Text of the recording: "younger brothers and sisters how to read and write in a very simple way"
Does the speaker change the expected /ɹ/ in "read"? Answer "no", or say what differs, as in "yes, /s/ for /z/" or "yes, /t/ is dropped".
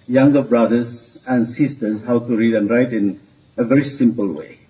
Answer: no